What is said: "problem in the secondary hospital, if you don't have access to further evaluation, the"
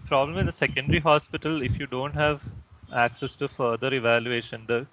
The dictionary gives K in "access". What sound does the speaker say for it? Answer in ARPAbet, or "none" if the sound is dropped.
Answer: K